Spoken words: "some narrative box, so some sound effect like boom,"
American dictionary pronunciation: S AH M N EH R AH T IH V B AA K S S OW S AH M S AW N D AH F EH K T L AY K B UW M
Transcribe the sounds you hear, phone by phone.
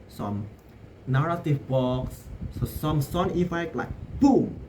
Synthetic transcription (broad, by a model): S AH M N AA R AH T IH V B AA K S S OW M S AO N AH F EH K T L AY K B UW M